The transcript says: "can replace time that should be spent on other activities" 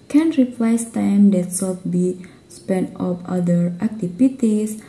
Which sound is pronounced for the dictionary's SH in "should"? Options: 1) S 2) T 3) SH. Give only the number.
1